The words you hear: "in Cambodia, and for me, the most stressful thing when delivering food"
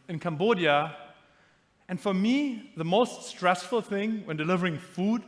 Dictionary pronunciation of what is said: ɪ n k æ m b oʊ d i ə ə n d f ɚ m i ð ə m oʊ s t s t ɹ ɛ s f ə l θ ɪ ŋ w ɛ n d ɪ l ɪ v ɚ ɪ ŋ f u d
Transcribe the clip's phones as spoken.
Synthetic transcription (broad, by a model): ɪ n k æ m b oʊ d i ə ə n f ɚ m i ð ə m oʊ s t s t ɹ ɛ s f ə l θ ɪ ŋ w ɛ n d ɪ l ɪ v ɚ ɪ ŋ f u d